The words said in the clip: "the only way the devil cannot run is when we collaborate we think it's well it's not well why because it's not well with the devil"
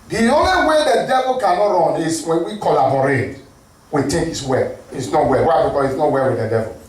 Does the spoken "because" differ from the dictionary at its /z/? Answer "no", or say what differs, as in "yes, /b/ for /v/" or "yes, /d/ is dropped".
yes, /z/ is dropped